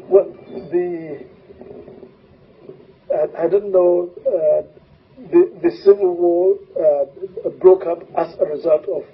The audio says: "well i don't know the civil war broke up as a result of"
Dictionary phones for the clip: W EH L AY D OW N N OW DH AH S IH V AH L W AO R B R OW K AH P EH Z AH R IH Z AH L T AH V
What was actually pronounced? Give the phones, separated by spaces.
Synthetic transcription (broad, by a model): W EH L AY D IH N N OW DH AH S IH V AH L W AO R B R OW K AH P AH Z AH R IH Z AH L T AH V